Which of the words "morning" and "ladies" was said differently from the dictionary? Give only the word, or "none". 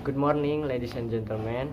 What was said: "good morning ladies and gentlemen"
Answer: ladies